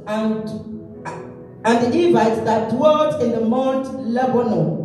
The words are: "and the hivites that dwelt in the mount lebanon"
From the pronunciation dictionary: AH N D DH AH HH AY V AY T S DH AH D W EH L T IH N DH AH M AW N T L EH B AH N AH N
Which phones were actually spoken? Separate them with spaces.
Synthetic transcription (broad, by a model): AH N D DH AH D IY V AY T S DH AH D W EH T IH N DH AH M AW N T L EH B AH N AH